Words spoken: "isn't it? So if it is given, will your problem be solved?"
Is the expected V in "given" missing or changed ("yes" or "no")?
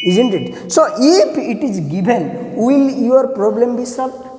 yes